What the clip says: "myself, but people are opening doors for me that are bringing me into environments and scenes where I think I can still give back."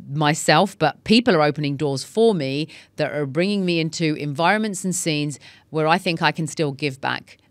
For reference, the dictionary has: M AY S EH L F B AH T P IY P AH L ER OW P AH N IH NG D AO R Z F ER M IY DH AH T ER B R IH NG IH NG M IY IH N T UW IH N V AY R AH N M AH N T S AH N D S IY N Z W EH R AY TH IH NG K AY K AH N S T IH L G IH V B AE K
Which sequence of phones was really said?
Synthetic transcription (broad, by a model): M AY S EH L F B AH T P IY P AH L ER OW P AH N IH NG D AO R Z F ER M IY DH AH T ER B R IH NG IH NG M IY IH N T UW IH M V AY R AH N M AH N T S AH N S IY N Z W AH R AY TH IH NG K AY K AH N S T IH L G IH V B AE K